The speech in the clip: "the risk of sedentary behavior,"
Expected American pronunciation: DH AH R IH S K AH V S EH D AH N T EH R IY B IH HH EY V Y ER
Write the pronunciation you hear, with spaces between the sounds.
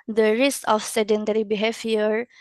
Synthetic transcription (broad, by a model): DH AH R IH S AH F S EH D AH N T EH R IY B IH HH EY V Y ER